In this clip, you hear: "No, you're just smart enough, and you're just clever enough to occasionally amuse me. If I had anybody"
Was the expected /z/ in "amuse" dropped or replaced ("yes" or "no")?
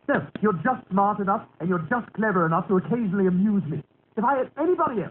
no